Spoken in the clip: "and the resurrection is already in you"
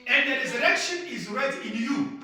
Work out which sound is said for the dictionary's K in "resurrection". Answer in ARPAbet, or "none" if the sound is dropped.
K